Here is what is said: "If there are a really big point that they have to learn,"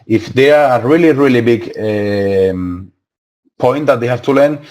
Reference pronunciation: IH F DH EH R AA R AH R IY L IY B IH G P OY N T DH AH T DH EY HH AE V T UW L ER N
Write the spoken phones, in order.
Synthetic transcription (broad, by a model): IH F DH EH R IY L AH R IY L IY B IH G P OY N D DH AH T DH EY HH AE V T UW L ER N